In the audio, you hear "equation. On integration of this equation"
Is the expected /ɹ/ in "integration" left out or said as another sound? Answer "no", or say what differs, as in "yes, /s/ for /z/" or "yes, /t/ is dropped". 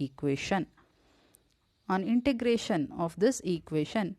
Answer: no